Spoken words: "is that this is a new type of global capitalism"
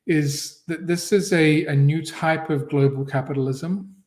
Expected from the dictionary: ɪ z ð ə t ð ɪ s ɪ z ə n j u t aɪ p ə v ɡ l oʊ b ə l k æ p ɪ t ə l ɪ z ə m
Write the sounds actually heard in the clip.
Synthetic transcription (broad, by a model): ɪ z ð ə t ð ɪ s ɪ z ə n j u t aɪ p ə v ɡ l oʊ b ə l k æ p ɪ t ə l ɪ z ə m